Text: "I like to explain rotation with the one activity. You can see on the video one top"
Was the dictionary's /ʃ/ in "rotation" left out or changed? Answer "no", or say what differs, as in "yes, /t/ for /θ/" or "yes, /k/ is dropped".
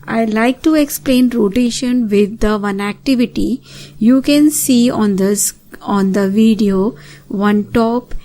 no